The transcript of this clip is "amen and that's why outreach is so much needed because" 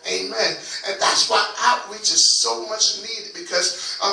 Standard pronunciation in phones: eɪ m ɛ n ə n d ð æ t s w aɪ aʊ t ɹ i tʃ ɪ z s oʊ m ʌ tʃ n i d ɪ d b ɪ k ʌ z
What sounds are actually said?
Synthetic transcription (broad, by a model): eɪ m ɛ n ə n ð æ t s w aɪ t w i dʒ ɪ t s oʊ m ʌ tʃ n i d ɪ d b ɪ k ʌ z